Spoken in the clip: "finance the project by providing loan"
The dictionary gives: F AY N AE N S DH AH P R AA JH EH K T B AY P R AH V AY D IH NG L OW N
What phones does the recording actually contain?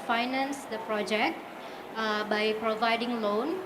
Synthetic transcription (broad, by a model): F AY N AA N S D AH P R AA JH EH K T B AY P R AH V AY D IH NG L OW N